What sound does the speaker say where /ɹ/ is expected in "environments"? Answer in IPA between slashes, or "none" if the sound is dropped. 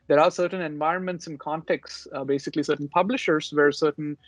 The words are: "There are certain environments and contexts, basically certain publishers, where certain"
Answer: /ɹ/